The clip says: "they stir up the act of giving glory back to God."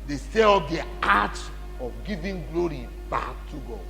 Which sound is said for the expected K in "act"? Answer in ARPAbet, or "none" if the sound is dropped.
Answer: none